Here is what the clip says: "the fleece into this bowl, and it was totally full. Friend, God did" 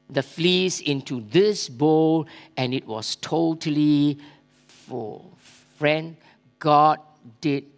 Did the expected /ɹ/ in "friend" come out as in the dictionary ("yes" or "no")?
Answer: yes